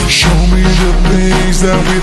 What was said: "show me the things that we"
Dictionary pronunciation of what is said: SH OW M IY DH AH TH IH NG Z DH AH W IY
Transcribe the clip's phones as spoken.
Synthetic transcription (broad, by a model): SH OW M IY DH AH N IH Z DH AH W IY